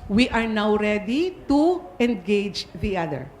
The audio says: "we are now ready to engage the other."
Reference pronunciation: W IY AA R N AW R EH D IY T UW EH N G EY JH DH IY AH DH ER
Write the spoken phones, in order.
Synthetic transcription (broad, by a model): W IY AA R N AW R EH D IY T UW EH N G EY JH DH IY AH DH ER